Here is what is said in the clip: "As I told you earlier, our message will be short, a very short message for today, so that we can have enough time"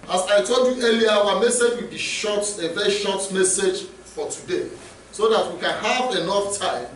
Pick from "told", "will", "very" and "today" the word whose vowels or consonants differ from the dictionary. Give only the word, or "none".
none